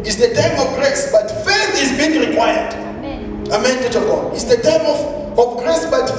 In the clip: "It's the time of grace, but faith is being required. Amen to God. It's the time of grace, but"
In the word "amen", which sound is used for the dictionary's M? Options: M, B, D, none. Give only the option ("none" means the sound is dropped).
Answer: M